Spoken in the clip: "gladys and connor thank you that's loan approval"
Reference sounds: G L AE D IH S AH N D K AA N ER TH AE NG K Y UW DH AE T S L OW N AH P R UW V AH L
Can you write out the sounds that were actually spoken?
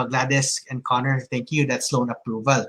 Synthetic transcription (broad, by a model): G L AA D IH S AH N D K AA N ER T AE NG K Y UW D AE T S L OW N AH P R UW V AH L